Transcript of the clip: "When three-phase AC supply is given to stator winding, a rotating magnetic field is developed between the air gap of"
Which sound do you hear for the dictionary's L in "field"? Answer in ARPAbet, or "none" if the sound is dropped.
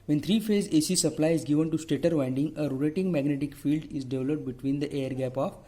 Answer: L